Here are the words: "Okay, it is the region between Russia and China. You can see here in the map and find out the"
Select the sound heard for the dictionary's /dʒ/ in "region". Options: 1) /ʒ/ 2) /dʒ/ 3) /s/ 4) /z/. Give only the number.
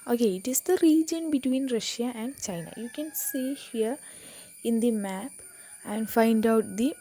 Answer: 2